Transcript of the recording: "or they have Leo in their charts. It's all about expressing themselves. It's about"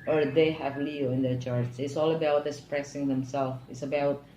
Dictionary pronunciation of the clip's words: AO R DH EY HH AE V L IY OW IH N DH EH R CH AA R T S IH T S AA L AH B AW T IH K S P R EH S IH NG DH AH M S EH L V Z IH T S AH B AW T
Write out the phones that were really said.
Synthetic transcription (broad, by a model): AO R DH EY HH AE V L IY OW IH N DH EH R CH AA R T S IH T S AA L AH B AW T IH S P R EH S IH NG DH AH M S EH L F IH T S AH B AW T